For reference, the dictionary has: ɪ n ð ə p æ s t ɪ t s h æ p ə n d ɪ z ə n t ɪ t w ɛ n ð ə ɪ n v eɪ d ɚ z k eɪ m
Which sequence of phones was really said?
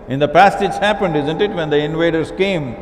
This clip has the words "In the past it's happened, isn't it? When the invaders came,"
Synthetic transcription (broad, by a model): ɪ n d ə p æ s t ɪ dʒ h æ p ə n d ɪ z ə n t ɪ t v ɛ n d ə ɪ n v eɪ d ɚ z k eɪ m